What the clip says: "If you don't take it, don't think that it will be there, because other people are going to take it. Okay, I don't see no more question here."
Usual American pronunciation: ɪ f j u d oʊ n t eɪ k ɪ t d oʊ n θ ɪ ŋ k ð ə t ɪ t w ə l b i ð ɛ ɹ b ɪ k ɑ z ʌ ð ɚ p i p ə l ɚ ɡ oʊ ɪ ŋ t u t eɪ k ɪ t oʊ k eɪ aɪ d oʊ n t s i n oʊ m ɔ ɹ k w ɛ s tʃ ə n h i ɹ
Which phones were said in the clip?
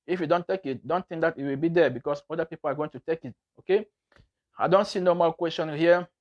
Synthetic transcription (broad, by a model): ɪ f j u d oʊ n t eɪ k ɪ t d oʊ n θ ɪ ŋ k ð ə t ɪ t w ə l b i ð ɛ b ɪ k ɑ s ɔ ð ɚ p i p ə l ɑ ɡ oʊ ɪ ŋ t u t eɪ k ɪ t oʊ k eɪ aɪ d oʊ n t s i n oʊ m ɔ l k w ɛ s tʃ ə n h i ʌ